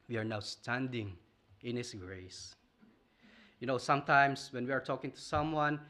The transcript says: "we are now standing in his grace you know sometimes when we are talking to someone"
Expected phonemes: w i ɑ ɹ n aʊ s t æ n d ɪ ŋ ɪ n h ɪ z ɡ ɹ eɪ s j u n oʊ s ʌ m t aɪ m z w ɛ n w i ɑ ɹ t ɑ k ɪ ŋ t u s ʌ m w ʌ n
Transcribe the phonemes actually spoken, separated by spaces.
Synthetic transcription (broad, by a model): w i ɑ ɹ n aʊ s t æ n d ɪ ŋ ɪ n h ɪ s ɡ ɹ eɪ s j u n oʊ s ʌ m t aɪ m s w ɛ n w i ɑ ɹ t ɑ k ɪ ŋ t u s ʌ m w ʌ n